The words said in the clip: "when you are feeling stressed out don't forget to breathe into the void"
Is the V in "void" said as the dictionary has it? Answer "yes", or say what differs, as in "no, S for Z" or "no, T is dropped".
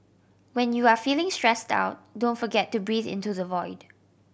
yes